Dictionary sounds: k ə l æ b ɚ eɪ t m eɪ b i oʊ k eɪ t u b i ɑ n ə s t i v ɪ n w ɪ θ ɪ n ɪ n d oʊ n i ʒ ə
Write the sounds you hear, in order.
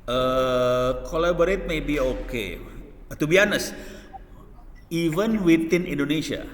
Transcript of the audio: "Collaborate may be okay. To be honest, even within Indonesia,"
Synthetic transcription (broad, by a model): k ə l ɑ b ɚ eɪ t m eɪ b i oʊ k eɪ t u b i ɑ n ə s i v ɪ n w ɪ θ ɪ n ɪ n d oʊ n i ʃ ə